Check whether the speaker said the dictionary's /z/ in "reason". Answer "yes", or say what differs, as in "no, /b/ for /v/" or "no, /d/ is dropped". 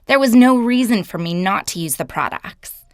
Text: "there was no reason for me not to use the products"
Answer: yes